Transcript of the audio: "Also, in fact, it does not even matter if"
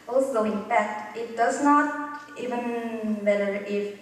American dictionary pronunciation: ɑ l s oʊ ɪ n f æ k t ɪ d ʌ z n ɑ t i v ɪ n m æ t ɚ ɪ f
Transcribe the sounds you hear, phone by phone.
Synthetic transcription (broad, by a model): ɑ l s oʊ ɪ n p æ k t ɪ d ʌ s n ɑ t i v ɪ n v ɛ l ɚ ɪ